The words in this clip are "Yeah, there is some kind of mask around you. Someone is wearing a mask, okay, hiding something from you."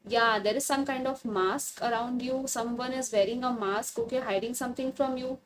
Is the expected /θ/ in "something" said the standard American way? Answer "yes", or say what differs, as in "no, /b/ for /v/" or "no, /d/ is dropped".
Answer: no, /t/ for /θ/